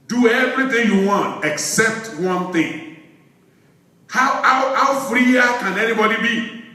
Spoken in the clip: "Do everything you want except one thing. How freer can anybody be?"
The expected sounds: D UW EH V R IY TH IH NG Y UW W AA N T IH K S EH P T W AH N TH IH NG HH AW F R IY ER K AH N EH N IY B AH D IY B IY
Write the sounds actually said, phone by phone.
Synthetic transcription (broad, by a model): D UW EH V R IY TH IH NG Y UW W AA N T IH K S EH P T W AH N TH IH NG HH AW F R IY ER K AH N EH N IY B AH D IY B IY